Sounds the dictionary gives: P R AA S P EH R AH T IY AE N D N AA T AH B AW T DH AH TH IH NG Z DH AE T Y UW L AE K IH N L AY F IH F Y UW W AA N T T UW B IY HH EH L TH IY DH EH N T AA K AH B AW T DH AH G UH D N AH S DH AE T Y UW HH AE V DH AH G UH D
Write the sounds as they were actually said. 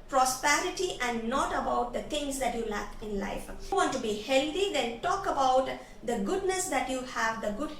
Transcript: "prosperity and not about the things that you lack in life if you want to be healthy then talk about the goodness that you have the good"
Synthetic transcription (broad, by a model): P R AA S P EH R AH T IY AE N D N AA T AH B AW T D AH T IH NG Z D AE T Y UW L AE K IH N L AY IH F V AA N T T UW B IY HH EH L T IY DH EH N T AA K AH B AW T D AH G UH D N AH S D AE T Y UW HH AE V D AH G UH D